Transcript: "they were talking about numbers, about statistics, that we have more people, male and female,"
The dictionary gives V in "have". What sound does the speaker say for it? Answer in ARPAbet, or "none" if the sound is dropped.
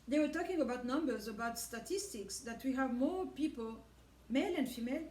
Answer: V